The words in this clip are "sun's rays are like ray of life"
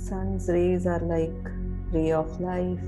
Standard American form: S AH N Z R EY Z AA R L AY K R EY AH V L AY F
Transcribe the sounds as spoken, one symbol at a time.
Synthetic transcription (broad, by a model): S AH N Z R EY Z AA R L AY K R EY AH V L AY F